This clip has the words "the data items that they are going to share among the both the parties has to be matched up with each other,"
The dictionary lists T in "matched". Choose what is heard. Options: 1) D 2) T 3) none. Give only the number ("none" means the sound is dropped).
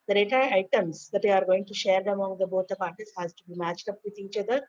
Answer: 2